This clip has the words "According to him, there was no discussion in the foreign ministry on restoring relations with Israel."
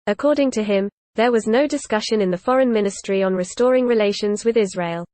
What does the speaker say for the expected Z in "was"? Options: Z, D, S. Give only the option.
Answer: Z